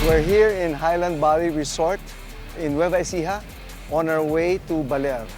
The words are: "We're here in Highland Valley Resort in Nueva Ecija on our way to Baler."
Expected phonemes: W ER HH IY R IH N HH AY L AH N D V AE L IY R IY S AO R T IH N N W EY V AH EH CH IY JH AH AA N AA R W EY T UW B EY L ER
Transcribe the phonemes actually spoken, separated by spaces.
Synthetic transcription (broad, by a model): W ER HH IY R IH N HH AY L AH N D B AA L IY R IY S AO R T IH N N W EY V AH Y S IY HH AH AA N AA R W EY T UW B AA L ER